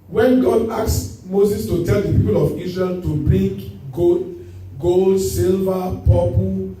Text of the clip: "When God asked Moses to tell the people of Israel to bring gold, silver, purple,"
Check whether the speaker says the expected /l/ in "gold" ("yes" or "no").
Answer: yes